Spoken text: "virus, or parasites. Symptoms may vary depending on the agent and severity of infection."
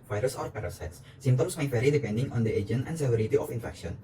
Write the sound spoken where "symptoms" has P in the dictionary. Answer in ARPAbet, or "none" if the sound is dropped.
none